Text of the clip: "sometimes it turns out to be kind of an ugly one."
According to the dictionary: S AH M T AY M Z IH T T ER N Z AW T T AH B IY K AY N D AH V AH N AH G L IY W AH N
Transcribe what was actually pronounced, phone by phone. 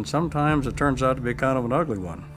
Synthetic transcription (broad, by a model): S AH M T AY M Z IH T T ER N Z AW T T AH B IY K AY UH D AH V AH N AH G L IY W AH N